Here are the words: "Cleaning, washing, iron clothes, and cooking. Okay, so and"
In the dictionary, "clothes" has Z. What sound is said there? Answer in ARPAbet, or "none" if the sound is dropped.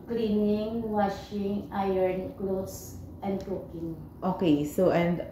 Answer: S